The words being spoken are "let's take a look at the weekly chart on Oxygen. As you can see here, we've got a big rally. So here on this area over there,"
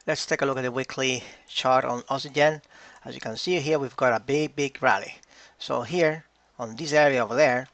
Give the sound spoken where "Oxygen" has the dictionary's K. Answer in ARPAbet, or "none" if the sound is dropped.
none